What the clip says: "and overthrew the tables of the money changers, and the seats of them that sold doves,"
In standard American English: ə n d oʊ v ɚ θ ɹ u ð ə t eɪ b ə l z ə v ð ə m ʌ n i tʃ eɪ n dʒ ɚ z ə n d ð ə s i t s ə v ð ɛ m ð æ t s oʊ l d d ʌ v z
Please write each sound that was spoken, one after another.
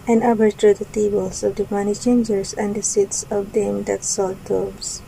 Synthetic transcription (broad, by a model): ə n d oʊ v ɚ t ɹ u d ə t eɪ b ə l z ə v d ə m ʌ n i tʃ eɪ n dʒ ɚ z ə n d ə s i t s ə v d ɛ m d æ t s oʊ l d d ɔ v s